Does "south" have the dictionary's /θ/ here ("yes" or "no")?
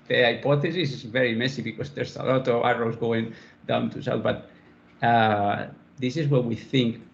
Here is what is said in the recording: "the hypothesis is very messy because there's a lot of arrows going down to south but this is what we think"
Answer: no